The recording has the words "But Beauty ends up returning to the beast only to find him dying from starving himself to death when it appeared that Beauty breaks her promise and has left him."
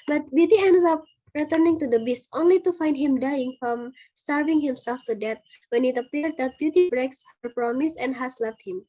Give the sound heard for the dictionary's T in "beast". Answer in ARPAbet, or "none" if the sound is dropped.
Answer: T